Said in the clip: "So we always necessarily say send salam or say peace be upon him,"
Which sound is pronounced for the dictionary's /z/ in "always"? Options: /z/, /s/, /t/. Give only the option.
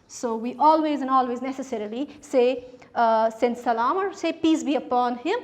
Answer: /z/